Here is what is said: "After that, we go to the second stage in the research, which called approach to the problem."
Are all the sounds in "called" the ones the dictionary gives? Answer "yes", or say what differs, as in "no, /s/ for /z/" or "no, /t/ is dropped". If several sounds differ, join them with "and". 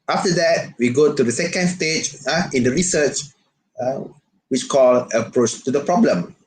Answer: no, /d/ is dropped